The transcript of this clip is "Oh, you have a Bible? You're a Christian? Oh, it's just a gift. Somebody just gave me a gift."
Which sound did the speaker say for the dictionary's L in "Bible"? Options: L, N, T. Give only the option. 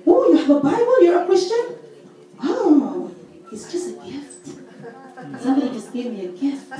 N